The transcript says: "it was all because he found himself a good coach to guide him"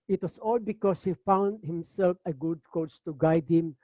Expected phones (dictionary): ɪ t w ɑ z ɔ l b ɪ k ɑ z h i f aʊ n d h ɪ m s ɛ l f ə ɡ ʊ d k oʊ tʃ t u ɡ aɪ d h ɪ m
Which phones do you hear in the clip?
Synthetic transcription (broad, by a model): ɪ t w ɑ s ɔ l b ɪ k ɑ s h i f aʊ n d h ɪ m s ɛ l f ə ɡ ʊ d k oʊ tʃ t u ɡ aɪ d h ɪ m